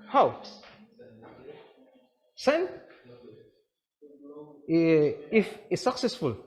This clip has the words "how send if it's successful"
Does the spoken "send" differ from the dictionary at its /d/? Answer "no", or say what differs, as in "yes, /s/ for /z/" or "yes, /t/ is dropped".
yes, /d/ is dropped